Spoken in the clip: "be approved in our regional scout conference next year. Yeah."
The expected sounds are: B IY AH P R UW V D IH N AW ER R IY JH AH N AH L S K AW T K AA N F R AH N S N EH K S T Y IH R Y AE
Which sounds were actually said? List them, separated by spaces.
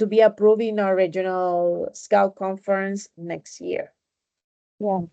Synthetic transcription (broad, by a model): B IY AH P R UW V IH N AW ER R IY JH AH N AH L S K AW T K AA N F R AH N S N EH K S T Y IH R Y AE